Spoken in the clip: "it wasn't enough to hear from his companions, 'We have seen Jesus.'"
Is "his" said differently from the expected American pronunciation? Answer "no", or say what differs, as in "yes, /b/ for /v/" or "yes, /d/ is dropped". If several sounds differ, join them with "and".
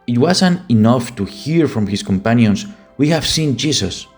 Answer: yes, /s/ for /z/